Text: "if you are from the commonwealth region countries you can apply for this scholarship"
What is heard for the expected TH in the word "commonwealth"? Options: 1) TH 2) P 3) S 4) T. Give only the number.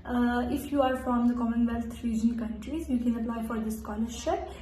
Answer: 4